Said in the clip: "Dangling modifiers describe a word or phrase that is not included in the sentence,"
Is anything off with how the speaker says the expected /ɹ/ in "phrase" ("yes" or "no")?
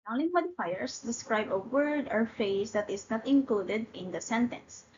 yes